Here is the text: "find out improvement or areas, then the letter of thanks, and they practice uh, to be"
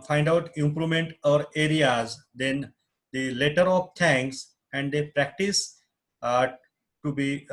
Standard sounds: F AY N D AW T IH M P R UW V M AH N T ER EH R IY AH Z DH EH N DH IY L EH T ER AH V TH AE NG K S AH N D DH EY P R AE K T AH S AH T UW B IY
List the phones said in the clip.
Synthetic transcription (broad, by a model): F AY N D AW T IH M P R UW M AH N T ER EH R IY AH Z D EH N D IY L EH T ER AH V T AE NG K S AH N D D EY P R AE K T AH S T UW B IY